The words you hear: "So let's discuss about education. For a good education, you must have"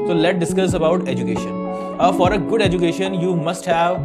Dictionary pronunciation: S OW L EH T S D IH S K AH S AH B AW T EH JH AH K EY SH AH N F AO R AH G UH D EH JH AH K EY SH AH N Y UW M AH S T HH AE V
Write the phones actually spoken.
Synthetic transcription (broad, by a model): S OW L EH T D IH S K AH S AH B AW T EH JH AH K EY SH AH N F AO R AH G UH D EH JH AH K EY SH AH N Y UW M AH S T HH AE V